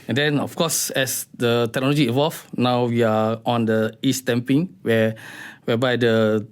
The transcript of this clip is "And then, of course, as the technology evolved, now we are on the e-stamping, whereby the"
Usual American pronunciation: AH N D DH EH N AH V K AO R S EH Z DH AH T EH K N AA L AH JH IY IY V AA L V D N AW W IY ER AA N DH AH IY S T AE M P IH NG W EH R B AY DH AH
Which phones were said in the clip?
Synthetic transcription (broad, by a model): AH N D EH N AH F K AO S EH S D AH T EH K N AA L AH JH IY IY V AA L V N AW W IY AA AA N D AH IY S T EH M P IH NG W EH W B AY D AH